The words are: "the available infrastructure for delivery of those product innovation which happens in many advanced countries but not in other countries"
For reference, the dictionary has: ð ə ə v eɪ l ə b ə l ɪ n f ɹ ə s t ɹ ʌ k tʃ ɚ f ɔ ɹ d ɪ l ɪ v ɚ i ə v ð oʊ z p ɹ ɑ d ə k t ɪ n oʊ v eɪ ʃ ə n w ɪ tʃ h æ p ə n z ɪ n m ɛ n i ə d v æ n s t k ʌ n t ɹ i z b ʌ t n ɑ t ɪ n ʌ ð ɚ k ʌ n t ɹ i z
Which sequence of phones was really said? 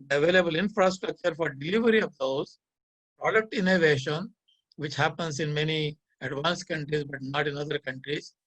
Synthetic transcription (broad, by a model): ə ə v eɪ l ə b ə l ɪ n f ɹ ə s t ɹ ʌ k tʃ ɚ f ɔ ɹ d ɪ l ɪ v ɚ i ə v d oʊ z p ɹ ɑ d ə k t ɪ n oʊ v eɪ ʃ ə n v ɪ tʃ h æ p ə n s ɪ n m ɛ n i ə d v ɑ n s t k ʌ n t ɹ i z b ʌ t n ɑ t ɪ n ʌ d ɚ k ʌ n t ɹ i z